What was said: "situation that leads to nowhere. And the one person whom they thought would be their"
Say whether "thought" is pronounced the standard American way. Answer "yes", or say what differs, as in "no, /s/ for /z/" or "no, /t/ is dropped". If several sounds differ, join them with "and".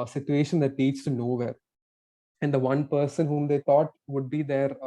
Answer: no, /t/ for /θ/